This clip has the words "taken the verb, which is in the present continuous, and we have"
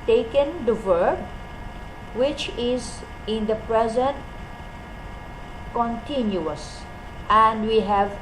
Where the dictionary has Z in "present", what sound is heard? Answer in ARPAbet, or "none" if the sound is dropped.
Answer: Z